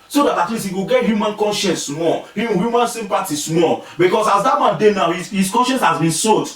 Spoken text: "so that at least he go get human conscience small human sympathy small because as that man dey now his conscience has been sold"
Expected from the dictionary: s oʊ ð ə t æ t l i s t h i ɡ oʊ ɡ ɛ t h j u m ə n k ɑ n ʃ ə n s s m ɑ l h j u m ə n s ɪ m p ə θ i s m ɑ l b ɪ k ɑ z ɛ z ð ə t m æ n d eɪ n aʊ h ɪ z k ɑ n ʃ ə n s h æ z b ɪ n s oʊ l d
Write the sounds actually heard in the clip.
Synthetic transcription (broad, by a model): s oʊ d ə t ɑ t l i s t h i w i ɡ ɛ t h j u m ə n k ɑ n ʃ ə n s s m ɑ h h j u m ə n s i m p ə t i s m ɑ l b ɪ k ɑ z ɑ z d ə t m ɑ n d eɪ n aʊ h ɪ s k ɑ n ʃ ə n s h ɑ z b ɪ n s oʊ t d